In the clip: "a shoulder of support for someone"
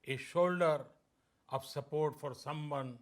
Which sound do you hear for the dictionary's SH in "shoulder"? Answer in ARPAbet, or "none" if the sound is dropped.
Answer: SH